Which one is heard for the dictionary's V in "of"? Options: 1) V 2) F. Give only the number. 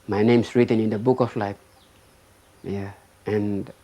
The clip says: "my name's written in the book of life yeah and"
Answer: 2